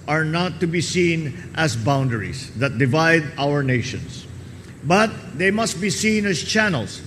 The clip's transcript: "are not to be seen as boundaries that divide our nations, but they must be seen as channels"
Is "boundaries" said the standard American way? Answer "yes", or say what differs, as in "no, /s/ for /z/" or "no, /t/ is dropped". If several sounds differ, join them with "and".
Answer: no, /s/ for /z/